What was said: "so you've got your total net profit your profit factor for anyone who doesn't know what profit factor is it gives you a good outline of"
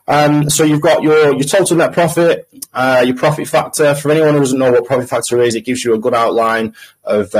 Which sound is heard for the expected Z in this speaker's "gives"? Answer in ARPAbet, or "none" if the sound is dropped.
Z